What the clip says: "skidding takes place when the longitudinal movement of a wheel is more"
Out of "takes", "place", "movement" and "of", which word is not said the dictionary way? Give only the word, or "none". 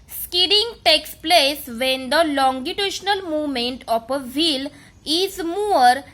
of